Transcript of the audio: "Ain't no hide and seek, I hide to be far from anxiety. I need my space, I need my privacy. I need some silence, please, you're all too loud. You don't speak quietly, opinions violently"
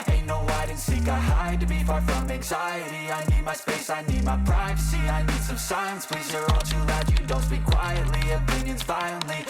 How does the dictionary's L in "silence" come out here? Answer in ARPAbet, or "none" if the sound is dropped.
none